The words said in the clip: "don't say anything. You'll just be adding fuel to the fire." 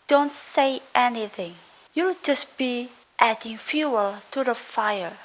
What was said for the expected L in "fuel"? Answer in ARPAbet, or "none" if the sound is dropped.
L